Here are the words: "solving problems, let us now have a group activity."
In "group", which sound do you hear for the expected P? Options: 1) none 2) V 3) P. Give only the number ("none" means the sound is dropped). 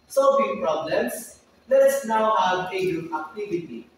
1